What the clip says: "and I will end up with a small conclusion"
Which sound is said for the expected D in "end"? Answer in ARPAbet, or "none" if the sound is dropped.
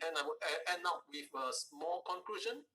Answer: none